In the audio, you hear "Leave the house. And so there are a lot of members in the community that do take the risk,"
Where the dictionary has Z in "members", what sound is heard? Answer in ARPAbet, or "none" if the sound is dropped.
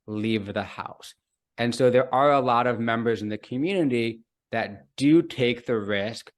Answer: Z